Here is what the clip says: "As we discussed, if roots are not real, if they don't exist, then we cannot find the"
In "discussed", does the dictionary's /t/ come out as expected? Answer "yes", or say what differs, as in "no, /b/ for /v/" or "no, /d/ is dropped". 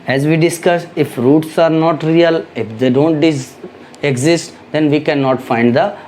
no, /t/ is dropped